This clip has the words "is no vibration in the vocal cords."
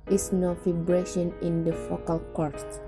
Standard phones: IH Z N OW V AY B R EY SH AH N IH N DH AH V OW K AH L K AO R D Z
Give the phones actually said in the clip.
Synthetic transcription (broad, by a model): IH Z N OW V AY B R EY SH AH N IH N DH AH F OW K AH L K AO R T